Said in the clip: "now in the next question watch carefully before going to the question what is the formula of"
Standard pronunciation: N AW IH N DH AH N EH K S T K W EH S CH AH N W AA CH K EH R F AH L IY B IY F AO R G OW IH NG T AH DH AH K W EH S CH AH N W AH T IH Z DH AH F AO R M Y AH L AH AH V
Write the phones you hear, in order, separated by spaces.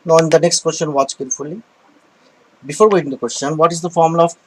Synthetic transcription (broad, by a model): N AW IH N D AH N EH K S T K W EH S CH AH N W AA CH K EH R F AH L IY B IY F AO R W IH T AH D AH K W EH S CH AH N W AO T IH Z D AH F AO R M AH L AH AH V